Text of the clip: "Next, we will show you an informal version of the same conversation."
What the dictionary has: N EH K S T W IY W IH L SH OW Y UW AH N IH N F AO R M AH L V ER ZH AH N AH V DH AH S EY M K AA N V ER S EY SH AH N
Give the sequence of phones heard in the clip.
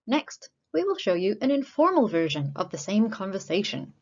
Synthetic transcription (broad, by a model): N EH K S T W IY W IH L SH OW Y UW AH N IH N F AO R M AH L V ER ZH AH N AH V DH AH S EY M K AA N V ER S EY SH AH N